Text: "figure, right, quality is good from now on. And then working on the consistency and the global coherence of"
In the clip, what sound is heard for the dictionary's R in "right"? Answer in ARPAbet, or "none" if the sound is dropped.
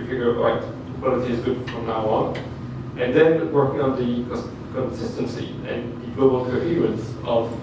L